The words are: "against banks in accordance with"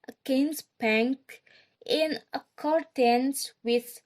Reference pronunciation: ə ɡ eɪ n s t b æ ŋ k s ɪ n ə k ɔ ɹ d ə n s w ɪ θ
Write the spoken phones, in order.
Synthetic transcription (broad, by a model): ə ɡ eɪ n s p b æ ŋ k ɪ n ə k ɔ ɹ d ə n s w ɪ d